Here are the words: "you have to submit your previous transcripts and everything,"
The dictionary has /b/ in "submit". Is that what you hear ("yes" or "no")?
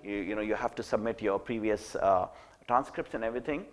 yes